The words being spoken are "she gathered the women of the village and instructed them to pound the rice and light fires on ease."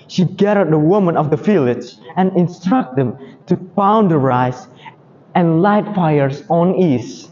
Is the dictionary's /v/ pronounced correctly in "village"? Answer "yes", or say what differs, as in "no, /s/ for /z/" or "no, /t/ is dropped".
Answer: no, /f/ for /v/